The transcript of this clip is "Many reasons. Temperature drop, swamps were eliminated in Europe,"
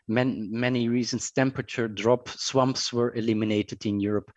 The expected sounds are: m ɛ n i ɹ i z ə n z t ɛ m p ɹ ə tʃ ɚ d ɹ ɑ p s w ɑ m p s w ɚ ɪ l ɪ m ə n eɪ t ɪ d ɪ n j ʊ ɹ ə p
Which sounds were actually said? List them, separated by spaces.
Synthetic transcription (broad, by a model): m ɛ n i ɹ i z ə n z t ɛ m p ɹ ə tʃ ɚ d ɹ ɑ p s w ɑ m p s w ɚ ɪ l ɪ m ə n eɪ t ɪ d ɪ n j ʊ ɹ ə p